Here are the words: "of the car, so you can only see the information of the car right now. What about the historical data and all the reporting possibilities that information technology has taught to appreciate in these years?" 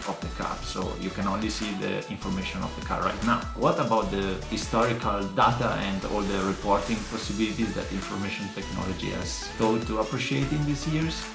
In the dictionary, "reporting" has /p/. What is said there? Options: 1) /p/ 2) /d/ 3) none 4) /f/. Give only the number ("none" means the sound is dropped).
1